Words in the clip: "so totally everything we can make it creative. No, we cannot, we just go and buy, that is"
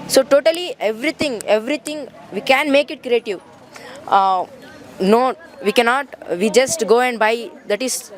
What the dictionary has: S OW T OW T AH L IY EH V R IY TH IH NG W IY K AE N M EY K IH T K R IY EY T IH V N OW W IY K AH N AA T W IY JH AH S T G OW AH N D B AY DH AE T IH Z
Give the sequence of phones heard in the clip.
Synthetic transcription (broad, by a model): S OW T OW T AH L IY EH V R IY T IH NG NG IY K AE N M EY K IH T K R IY EY T IH V N OW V IY K AH N AA T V IY JH AH S T G OW AH N D B AY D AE T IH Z